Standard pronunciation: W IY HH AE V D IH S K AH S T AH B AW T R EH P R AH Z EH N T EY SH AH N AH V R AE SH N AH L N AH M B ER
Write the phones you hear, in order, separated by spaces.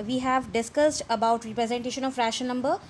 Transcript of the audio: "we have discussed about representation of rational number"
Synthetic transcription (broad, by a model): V IY HH AE V D IH S K AH S T AH B AW T R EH P R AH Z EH N T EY SH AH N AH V R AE SH AH N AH M B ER